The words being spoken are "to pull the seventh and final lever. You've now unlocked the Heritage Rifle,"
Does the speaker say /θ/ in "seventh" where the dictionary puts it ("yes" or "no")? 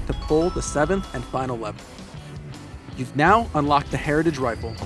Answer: yes